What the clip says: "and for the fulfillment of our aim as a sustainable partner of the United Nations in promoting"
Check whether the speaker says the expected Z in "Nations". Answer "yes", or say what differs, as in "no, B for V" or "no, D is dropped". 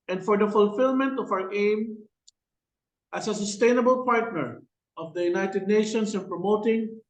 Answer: no, S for Z